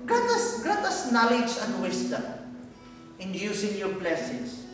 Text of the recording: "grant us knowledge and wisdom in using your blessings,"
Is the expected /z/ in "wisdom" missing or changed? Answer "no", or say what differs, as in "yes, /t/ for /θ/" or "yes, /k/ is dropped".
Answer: yes, /s/ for /z/